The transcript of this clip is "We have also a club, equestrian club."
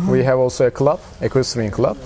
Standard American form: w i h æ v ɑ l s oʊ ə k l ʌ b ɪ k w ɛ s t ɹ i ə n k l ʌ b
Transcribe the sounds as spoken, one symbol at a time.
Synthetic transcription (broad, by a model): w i h æ v ɑ l s oʊ ə k l ʌ b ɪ k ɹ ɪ s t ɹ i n k l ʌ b